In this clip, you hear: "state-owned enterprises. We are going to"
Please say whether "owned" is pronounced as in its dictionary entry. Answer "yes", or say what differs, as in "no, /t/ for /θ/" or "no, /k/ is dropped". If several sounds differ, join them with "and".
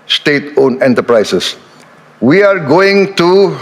no, /d/ is dropped